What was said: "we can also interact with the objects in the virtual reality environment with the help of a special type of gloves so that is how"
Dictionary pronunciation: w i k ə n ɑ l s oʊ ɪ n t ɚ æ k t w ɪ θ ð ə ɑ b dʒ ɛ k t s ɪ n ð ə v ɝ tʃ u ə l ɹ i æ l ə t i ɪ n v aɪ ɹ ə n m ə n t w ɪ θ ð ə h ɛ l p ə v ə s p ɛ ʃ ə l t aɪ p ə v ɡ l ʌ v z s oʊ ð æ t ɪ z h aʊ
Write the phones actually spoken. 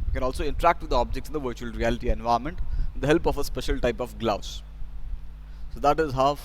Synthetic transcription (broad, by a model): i k ə n ɑ l s oʊ ɪ n t ɚ æ k t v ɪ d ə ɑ b dʒ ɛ k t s ɪ n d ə v ɝ tʃ u ə l ɹ i æ l ə t i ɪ n v aɪ ə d m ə n t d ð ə h ɛ l p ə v ə s p ɛ ʃ ə l t aɪ p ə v ɡ l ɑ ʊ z s oʊ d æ t ɪ z h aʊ